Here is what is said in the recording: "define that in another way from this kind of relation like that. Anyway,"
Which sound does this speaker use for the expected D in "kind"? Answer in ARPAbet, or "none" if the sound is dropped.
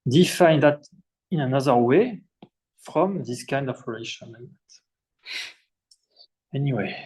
D